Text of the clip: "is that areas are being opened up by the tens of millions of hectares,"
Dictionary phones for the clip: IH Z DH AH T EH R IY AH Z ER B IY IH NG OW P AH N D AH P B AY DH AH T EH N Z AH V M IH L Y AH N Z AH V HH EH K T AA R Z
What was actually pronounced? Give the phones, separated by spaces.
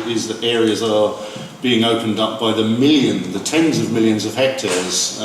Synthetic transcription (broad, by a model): IH Z DH AH T EH R IY AH Z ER B IY IH NG OW P AH N D AH P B AY DH AH T EH N Z AH V M IH L Y AH N Z AH V HH EH K T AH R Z